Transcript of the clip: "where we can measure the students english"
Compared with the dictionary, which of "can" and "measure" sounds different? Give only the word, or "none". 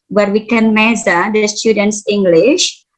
measure